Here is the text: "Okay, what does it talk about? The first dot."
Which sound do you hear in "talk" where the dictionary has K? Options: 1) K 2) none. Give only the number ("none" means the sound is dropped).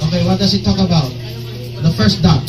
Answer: 1